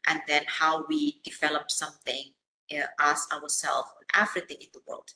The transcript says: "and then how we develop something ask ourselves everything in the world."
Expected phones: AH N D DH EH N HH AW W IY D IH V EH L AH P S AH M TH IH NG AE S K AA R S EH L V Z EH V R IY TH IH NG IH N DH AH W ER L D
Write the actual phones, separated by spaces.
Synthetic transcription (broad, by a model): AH N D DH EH N HH AW W IY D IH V EH L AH P S AH M TH IH NG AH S AA W S EH L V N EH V R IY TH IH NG IH N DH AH W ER L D